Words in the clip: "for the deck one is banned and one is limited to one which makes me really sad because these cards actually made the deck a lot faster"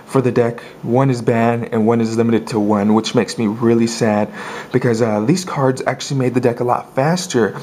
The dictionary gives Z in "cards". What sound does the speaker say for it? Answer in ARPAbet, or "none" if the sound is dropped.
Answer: Z